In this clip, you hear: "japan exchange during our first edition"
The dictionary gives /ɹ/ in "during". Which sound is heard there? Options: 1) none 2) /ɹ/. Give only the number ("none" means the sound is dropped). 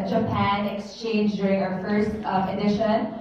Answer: 2